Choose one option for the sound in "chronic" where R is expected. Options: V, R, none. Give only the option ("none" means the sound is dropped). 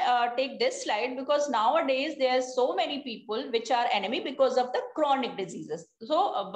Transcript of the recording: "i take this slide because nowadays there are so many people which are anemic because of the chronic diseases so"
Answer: R